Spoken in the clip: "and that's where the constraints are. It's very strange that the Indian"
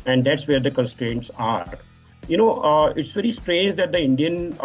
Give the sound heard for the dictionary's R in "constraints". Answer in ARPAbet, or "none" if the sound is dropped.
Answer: R